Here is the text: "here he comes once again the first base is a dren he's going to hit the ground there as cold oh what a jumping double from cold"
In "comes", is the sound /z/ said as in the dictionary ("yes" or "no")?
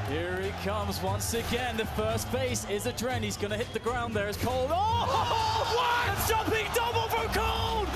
yes